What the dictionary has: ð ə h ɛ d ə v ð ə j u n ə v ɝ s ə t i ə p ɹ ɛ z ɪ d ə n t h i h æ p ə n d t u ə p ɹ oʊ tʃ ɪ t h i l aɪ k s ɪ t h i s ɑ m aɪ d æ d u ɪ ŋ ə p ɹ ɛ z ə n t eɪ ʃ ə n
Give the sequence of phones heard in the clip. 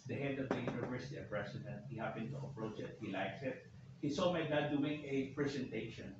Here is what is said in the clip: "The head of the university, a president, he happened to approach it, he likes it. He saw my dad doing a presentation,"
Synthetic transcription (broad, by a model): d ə h ɛ d ə v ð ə j u n ə v ɝ s ə t i ə p ɹ ɛ s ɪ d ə n t h i h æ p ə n t u ə p ɹ oʊ tʃ ɪ t h i l aɪ k s ɪ t h i s ɑ m aɪ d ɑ d u ɪ ŋ ə p ɹ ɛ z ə n t eɪ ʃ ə n